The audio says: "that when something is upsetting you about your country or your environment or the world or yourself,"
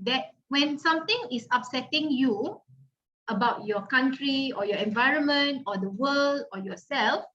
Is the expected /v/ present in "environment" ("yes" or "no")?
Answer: yes